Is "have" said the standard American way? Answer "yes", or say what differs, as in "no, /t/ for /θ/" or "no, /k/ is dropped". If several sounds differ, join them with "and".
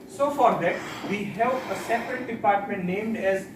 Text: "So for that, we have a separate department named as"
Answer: no, /p/ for /v/